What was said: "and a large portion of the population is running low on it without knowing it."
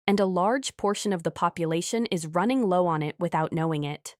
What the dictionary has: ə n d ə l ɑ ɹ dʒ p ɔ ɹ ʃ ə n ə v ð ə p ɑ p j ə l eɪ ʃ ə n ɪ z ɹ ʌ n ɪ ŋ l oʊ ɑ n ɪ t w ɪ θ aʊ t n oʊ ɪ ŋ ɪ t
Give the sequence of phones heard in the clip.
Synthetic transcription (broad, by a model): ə n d ə l ɑ ɹ dʒ p ɔ ɹ ʃ ə n ə v ð ə p ɑ p j ə l eɪ ʃ ə n ɪ z ɹ ʌ n ɪ ŋ l oʊ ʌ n ɪ t w ɪ θ aʊ t n oʊ ɪ ŋ ɪ t